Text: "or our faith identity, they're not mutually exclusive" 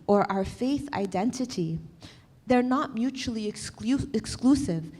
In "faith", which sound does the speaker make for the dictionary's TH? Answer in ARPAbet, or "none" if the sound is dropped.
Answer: TH